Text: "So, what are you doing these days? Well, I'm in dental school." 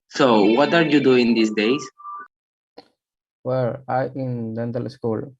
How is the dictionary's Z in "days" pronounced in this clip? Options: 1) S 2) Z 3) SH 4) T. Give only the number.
1